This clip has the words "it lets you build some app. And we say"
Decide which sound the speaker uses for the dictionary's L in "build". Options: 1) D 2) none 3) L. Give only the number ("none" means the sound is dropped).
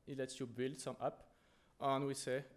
3